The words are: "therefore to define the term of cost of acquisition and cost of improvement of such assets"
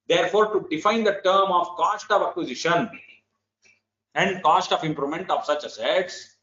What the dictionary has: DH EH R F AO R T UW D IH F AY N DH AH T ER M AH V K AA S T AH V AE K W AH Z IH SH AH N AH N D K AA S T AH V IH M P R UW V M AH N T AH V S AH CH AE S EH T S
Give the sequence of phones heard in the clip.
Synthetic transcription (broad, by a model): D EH R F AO R T UW D IH F AY N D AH T ER M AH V K AA S T AH V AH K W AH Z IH SH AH N AH N D K AA S T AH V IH M P R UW M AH N T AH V S AH CH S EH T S